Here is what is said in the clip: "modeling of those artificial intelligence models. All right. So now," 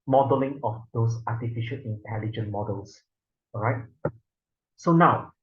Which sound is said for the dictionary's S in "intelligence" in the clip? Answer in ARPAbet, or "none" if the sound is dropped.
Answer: none